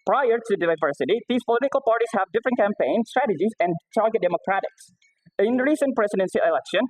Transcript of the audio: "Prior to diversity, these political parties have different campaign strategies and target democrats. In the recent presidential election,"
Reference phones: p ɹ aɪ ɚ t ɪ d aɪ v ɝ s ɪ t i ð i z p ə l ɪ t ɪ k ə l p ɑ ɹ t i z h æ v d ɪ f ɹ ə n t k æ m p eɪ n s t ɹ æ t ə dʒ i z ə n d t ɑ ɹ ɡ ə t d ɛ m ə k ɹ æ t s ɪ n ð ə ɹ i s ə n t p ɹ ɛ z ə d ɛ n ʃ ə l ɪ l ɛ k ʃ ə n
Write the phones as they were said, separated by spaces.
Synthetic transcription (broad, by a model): p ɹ aɪ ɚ t ɪ d aɪ v ɝ s ɪ t i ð i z p ə l ɪ t ɪ k ə l p ɑ ɹ t i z h æ v d ɪ f ɹ ə n t k æ m p eɪ n s t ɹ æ t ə dʒ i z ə n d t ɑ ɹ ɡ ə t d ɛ m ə k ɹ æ t ɪ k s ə ɹ i s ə n p ɹ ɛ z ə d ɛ n s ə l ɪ l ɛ k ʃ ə n